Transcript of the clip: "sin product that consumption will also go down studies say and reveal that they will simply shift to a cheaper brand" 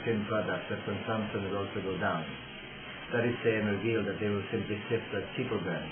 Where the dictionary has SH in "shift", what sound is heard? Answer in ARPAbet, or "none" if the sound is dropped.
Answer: S